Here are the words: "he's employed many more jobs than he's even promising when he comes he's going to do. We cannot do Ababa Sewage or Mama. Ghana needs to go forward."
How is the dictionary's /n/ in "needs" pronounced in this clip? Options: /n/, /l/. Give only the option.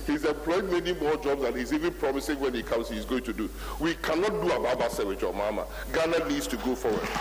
/l/